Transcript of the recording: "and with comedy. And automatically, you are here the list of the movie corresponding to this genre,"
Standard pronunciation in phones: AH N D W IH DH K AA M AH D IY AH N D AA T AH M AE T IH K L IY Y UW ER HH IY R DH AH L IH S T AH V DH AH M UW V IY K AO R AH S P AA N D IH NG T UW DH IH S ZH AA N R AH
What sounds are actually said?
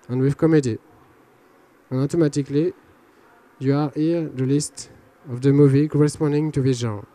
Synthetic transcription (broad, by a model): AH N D W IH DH K AA M AH D IY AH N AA T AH M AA T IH K L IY Y UW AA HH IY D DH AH L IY S T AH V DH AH M UW V IY K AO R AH S P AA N D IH NG T UW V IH ZH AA